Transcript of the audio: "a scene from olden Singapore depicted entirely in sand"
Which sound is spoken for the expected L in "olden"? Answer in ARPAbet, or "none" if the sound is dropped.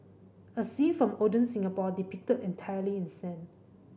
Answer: none